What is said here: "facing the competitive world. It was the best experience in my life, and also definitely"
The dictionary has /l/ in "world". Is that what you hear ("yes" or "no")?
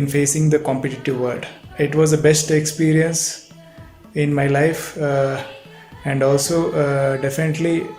no